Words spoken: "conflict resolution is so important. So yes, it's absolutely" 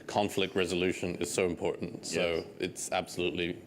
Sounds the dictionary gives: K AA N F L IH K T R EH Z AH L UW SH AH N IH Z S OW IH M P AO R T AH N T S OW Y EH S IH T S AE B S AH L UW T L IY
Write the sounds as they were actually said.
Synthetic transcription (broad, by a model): K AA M F L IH K T R EH Z AH L UW SH AH N IH Z S OW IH M P AO R T N T S OW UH IH T S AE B S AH L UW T L IY